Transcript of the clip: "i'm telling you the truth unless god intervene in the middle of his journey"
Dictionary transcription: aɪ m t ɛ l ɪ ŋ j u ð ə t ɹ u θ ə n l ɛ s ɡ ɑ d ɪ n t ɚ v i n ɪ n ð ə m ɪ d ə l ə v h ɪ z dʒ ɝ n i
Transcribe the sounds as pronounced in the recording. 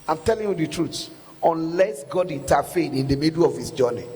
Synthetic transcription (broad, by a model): aɪ m t ɛ l ɪ ŋ j u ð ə t ɹ u s ə n l ɛ s ɡ ɑ d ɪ n t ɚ f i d ɪ n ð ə m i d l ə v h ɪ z dʒ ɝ n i